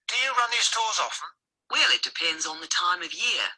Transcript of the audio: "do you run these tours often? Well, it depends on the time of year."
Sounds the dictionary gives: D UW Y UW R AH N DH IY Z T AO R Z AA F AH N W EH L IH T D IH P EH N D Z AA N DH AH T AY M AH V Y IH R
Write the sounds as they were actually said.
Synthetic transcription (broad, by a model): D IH Y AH R AH N DH IY Z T AO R Z AA F AH N W EH L IH T D IH P EH N D Z N DH AH T AY M AH V Y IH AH